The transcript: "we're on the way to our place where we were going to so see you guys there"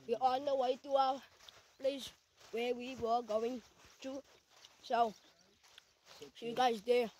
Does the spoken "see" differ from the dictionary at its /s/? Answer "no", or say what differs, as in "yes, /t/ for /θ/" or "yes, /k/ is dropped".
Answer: yes, /ʃ/ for /s/